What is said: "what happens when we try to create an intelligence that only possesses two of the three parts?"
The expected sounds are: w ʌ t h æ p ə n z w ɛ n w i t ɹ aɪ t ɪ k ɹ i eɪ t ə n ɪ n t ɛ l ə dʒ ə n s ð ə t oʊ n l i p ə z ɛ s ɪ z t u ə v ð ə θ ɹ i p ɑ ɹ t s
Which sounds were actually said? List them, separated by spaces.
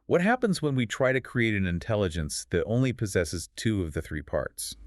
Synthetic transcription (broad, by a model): w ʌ t h æ p ə n z w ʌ n w i t ɹ aɪ t ɪ k ɹ i eɪ t ə n ɪ n t ɛ l ə dʒ ə n s ð ə t oʊ n l i p ə z ɛ s ɪ z t u ə v ð ə θ ɹ i p ɑ ɹ t s